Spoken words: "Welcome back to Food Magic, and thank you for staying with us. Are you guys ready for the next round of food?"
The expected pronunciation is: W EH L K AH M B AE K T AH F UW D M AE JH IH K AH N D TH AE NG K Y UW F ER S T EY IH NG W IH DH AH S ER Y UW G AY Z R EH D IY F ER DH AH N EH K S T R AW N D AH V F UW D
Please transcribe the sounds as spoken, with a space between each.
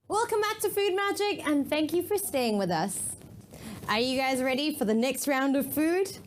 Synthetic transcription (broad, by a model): W EH L K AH M B AE K T AH F UW D M AE JH IH K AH N TH AE NG K Y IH F ER S T EY IH NG W IH DH AH S ER Y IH G AY Z R EH D IY F ER DH AH N EH K S T R AW N D AH V F UW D